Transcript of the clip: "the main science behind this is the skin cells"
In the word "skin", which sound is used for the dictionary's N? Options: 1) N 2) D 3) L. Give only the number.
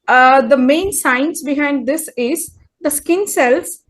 1